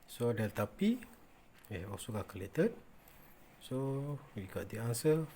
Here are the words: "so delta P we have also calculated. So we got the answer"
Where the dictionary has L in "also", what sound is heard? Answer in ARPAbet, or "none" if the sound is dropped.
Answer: none